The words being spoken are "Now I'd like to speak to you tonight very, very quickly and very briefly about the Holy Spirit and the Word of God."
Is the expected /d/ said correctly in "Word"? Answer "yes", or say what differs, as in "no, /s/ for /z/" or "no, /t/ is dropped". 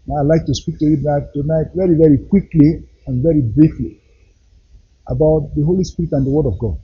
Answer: yes